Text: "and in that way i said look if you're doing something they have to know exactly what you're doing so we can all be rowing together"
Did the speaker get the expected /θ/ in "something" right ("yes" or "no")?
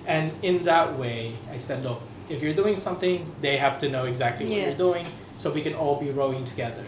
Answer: yes